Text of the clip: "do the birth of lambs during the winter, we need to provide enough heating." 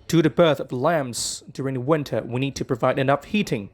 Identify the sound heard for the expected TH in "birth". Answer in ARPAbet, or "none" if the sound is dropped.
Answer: TH